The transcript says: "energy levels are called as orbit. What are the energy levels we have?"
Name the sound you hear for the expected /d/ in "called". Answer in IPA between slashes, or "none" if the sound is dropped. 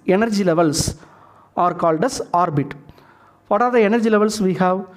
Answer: /d/